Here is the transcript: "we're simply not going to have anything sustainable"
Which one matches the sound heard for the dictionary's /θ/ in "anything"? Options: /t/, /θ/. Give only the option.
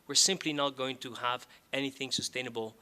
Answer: /θ/